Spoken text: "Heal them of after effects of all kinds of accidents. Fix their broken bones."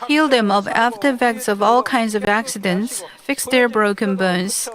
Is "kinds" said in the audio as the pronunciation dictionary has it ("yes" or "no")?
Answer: yes